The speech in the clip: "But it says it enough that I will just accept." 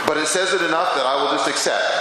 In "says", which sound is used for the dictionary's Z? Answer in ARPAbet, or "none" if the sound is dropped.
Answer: Z